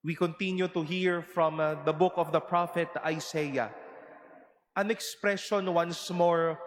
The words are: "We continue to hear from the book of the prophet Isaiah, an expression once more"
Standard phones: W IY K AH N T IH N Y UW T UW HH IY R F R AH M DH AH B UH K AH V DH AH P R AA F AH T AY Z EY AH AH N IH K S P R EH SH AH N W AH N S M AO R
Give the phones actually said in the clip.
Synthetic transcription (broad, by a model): W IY K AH N T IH N Y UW T UW HH IY R F R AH M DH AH B UH K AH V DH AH P R AA F AH T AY S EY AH AH N IH K S P R EH SH AH N W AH N S M AO R